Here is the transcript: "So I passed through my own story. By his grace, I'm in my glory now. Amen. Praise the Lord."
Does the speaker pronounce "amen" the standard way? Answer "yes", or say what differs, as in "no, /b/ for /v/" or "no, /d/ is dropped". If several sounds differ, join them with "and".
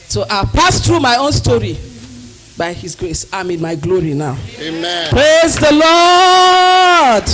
no, /m/ is dropped